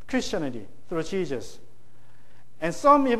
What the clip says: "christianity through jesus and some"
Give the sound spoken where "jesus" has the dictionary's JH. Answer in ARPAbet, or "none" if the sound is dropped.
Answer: CH